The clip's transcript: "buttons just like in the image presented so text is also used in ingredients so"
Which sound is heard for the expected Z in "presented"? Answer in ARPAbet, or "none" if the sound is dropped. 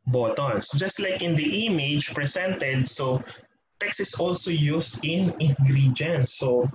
S